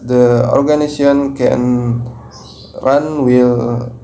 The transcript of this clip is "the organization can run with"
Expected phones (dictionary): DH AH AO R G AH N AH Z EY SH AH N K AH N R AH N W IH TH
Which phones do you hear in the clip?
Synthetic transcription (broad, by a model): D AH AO R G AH N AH S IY AH N K AH N R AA N W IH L